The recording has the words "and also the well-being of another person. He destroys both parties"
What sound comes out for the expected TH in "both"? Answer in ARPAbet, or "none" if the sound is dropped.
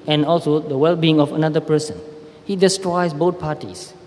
T